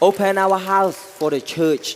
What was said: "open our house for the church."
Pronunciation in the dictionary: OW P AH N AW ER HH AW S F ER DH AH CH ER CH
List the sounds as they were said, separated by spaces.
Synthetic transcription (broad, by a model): OW P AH N AW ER HH AW S F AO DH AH CH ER CH